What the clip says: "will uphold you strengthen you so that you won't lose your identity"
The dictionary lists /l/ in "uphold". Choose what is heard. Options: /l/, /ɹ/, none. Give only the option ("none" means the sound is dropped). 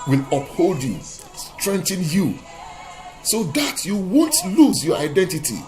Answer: /l/